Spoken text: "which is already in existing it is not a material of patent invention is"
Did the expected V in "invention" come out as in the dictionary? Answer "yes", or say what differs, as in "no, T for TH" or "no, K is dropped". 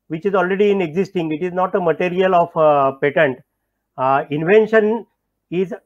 yes